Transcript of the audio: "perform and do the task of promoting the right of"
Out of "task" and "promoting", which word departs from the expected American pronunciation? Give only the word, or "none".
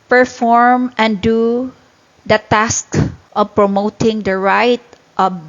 none